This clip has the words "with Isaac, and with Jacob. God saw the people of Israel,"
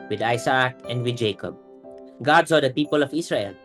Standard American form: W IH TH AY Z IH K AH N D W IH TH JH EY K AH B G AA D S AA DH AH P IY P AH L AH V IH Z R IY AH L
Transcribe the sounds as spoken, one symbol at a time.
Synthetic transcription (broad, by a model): W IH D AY S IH K AH N D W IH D JH EY K AH B G AA D S AA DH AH P IY P AH L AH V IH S R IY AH L